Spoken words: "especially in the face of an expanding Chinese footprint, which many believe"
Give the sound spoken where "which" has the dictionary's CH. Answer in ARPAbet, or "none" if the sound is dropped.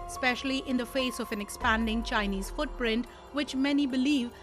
CH